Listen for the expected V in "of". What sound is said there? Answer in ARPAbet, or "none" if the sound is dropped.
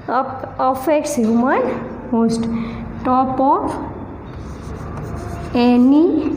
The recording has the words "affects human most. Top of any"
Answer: P